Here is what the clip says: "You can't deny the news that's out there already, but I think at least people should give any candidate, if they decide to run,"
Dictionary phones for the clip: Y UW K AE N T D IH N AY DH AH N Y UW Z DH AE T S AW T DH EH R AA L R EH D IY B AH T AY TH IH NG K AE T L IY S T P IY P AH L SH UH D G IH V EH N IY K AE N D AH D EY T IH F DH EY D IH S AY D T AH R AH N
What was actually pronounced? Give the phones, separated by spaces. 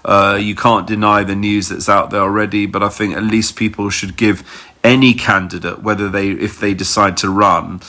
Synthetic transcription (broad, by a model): Y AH K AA N D IH N AY DH AH N Y UW Z DH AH T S AW T DH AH R AA L R EH D IY B AH T AY TH IH NG K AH T L IY S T P IY P AH L SH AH D G IH V EH N IY K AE N D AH D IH T IH F DH EY D IH S AY D T AH R AH N